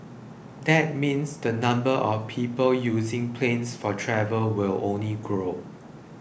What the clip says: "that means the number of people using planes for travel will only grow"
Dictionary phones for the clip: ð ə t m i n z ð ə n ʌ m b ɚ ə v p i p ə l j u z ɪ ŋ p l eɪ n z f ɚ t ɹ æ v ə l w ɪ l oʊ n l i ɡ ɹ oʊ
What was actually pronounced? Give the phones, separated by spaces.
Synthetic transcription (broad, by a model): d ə t m i n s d ə n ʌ m b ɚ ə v p i p ə l j u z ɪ ŋ p l eɪ n s f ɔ t ɹ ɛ v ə l w ɪ l oʊ n l i ɡ ɹ oʊ